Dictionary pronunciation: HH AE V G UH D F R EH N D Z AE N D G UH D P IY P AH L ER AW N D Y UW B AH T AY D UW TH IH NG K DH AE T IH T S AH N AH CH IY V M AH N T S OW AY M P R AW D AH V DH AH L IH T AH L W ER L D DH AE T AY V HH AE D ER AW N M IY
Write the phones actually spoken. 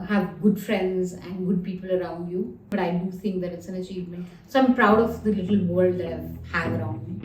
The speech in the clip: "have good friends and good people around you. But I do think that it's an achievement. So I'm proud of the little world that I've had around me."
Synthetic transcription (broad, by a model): HH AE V G UH D F R EH N D Z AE N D G UH D P IY P AH L ER AW N D Y UW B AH T AY D UW T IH NG K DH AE T IH T S AH N AH CH IY V M AH N T S OW AY M P R AW D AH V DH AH L IH T AH L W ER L D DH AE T AY V HH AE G ER AW N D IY